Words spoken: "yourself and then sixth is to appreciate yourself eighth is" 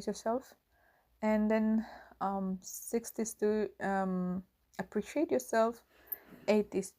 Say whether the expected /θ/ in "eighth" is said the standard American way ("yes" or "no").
no